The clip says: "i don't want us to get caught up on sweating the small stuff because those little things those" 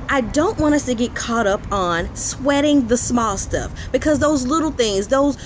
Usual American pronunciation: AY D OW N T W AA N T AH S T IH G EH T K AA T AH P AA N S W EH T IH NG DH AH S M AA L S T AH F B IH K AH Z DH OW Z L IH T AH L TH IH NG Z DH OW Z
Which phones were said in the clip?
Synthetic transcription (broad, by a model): AY D OW N T W AA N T AH S T IH G EH T K AA T AH P N S W EH T IH NG DH AH S M AA L S T AH F B IH K AH Z DH OW Z L IH T L TH IH NG Z DH OW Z